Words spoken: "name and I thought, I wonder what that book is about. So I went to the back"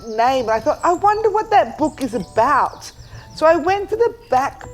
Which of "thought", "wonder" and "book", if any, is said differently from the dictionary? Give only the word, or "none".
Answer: none